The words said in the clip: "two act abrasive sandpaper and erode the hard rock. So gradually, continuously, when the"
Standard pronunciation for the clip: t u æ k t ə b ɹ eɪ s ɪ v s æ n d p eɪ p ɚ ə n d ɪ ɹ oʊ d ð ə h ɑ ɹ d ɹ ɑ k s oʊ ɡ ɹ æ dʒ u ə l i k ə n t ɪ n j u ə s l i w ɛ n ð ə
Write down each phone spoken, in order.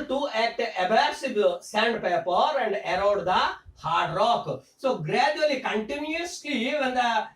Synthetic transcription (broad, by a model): t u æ t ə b ɹ s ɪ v s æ n d p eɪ p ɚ ə n d ɪ ɹ oʊ d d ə h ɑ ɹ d ɹ ɑ k s oʊ ɡ ɹ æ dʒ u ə l i k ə n t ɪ n j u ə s l i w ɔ n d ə